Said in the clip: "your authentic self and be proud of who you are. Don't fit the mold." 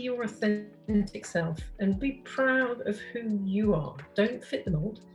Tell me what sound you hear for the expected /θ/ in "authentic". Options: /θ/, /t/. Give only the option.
/θ/